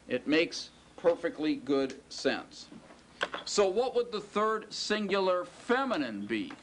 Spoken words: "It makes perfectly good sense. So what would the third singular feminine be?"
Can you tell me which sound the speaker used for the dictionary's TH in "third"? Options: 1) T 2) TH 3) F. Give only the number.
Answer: 2